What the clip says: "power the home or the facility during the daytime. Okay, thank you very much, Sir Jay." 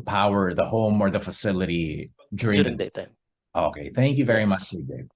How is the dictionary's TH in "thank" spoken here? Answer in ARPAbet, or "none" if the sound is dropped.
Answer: TH